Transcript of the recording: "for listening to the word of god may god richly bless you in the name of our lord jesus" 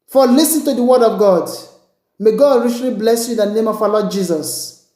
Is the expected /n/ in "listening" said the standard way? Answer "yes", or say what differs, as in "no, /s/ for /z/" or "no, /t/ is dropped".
no, /n/ is dropped